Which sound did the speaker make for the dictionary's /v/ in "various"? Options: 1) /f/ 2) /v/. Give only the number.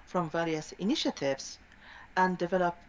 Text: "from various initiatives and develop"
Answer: 2